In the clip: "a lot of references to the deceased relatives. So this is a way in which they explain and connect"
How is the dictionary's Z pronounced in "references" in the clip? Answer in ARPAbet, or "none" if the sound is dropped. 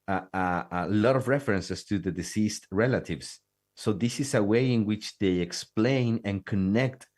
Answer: S